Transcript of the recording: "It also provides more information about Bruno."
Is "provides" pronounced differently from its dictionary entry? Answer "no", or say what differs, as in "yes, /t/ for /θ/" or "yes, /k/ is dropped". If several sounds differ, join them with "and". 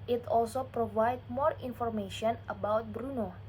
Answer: yes, /z/ is dropped